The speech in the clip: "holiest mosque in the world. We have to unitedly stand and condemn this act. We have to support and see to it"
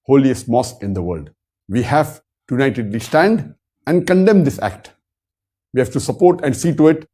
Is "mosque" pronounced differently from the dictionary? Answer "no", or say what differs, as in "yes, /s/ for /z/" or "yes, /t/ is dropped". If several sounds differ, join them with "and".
yes, /k/ is dropped